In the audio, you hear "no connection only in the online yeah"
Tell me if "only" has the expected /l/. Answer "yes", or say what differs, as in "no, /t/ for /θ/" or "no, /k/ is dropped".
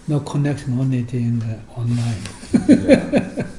no, /l/ is dropped